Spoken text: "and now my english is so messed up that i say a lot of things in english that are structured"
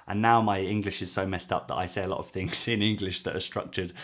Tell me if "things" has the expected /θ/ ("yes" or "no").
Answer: yes